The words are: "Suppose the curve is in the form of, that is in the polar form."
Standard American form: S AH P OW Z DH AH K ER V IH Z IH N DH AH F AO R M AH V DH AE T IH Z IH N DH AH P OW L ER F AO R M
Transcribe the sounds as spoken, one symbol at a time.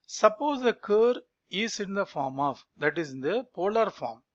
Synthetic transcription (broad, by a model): S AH P OW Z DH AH K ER IH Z IH N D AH F AO R M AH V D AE T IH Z IH N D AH P OW L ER F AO R M